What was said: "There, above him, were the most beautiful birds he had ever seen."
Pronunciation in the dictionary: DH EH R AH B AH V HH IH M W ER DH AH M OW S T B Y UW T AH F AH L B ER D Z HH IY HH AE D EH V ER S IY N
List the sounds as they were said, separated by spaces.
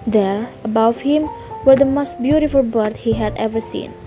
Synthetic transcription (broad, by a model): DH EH R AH B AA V HH IH M W ER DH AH M OW S T B Y UW T AH F AH L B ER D HH IY HH AE D EH V ER S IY N